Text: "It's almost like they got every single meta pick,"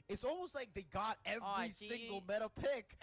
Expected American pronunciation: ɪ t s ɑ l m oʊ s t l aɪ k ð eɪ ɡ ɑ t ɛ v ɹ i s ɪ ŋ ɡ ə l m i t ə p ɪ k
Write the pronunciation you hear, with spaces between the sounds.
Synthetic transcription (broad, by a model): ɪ t s ɑ l m oʊ s t l aɪ k ð eɪ ɡ ɑ t ɛ v i s ɪ ŋ ɡ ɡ l m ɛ t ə p ɪ k